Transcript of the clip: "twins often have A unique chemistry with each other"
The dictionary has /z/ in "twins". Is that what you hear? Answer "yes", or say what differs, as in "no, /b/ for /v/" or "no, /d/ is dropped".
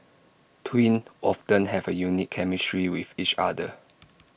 no, /z/ is dropped